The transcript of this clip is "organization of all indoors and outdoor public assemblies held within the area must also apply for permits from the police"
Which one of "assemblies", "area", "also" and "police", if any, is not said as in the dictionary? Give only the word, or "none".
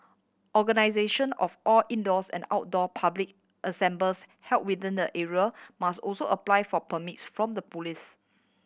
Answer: assemblies